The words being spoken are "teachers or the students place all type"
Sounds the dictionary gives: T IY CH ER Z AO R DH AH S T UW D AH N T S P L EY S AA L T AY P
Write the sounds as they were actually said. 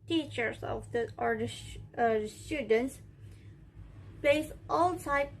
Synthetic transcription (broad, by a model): T IY CH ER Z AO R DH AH S T UW D AH N T S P EY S AA L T AY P